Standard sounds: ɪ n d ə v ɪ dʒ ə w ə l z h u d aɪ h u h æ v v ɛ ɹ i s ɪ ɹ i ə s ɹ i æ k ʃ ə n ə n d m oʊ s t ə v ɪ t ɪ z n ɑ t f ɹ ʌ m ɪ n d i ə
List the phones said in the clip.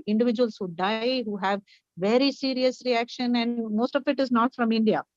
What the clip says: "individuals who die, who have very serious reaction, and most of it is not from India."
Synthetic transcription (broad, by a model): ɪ n d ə v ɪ dʒ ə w ə l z h u d aɪ h u h æ v v ɛ ɹ i s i ɹ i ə s ɹ i æ k ʃ ə n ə n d m oʊ s t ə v ɪ t ɪ z n ɑ t f ɹ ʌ m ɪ n d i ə